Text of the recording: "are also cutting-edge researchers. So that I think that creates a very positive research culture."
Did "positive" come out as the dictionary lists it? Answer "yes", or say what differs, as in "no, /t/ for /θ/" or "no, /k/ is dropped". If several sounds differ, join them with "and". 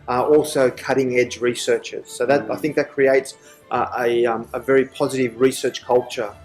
yes